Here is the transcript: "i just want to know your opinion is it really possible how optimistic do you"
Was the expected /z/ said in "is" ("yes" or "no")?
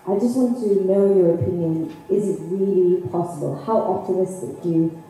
yes